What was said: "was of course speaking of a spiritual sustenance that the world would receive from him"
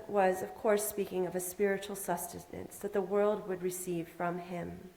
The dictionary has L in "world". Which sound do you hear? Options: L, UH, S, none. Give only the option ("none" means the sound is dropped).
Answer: L